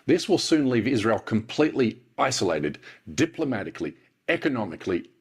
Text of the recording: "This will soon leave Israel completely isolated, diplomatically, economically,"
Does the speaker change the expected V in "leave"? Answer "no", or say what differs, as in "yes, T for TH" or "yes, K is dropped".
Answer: no